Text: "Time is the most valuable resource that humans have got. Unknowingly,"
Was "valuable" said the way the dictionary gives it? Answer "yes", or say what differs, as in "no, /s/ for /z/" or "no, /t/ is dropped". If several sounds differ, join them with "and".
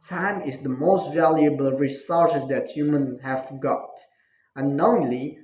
yes